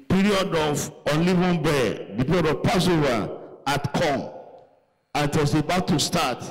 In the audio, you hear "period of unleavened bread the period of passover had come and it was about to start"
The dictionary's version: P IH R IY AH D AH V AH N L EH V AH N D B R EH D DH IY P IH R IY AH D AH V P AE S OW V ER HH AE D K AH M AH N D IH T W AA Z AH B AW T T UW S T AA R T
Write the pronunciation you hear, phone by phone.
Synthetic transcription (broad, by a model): P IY R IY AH D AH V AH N L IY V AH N B EH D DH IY P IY R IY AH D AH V P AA S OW V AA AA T K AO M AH N IH T W AA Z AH B AW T T UW S T AA T